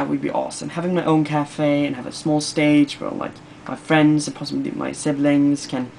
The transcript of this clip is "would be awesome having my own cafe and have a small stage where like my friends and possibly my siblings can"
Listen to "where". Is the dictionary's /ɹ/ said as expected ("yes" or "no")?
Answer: no